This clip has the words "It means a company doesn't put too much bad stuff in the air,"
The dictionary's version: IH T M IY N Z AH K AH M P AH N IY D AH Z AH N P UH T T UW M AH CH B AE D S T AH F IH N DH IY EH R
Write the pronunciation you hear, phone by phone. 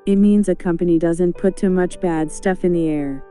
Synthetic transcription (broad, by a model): IH T M IY N Z AH K AH M P AH N IY D AH Z AH N P UH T T UW M AH CH B AE D S T AH F IH N DH IY EH R